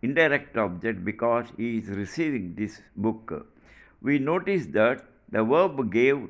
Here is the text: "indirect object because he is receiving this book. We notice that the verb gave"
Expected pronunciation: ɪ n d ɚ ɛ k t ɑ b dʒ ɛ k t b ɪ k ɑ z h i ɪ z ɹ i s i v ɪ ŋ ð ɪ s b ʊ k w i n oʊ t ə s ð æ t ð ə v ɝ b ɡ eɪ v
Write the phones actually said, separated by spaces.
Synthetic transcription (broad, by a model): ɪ n d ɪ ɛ k t ɑ b dʒ ɛ k t b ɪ k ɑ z h i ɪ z ɹ i s i v ɪ ŋ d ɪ s b ʊ k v i n oʊ t ə s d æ t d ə v ɝ b ɡ eɪ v